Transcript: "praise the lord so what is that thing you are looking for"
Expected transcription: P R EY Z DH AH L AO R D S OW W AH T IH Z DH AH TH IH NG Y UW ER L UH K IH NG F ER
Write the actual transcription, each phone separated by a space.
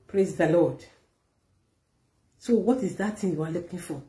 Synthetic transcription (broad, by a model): P R EY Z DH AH L AO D S OW W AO T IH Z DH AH T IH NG Y UW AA L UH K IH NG F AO